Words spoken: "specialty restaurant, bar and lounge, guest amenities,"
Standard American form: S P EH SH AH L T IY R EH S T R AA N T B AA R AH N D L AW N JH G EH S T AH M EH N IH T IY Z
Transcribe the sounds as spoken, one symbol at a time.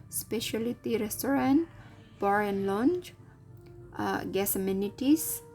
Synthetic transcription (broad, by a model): S P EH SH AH L T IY R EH S T R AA N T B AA R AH N L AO N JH G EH S AH M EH N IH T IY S